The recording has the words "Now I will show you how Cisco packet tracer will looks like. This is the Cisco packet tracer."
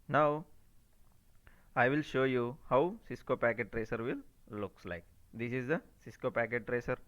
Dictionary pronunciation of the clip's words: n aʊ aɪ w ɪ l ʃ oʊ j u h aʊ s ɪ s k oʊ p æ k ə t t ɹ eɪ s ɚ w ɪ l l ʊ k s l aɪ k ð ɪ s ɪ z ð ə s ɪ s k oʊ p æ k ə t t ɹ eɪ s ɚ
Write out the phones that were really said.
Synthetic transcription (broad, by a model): n aʊ aɪ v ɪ l ʃ oʊ j u h aʊ s ɪ s k oʊ p æ k ə t t ɹ eɪ s ɚ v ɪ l l ʊ k s l aɪ k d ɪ s ɪ z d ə s ɪ s k oʊ p æ k ə t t ɹ eɪ s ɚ